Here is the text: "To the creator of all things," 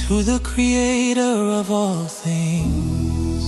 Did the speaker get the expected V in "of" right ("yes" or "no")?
yes